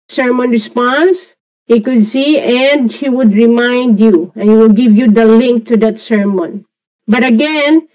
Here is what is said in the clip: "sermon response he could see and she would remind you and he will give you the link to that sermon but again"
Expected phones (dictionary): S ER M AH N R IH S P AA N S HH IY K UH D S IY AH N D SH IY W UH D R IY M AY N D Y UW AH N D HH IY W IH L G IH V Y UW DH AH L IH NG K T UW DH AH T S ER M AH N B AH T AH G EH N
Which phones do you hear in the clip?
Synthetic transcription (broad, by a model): S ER M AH N R IH S P AA N S HH IY K UH D S IY AH N D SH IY W UH D R IY M AY N D Y UW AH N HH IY W IH L G IH V Y UW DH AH L IH NG K T UW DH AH T S ER M AH N B AH T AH G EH N